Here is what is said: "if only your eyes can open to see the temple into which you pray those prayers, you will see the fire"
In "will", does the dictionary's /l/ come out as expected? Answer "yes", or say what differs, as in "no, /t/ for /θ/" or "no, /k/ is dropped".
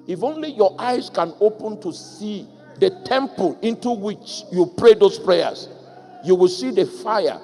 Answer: yes